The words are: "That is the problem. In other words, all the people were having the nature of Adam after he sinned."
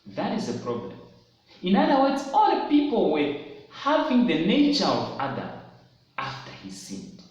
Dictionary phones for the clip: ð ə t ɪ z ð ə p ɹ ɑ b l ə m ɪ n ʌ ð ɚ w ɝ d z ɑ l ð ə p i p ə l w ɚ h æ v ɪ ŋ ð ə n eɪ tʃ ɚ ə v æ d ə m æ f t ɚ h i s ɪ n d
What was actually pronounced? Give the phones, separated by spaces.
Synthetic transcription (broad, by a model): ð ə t ɪ z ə p ɹ ɑ b l ə m ɪ n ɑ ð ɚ w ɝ d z ɑ l p i p ə l w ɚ h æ v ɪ ŋ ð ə n eɪ tʃ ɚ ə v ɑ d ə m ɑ f t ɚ h i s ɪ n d